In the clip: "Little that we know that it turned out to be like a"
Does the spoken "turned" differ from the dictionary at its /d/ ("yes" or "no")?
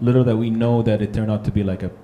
yes